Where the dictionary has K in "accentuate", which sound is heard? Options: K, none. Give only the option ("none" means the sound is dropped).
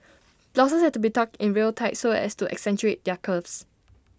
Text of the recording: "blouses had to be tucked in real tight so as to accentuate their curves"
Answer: K